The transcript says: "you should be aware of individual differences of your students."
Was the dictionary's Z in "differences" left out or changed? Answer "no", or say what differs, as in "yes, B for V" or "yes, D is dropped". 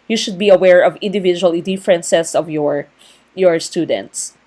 yes, S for Z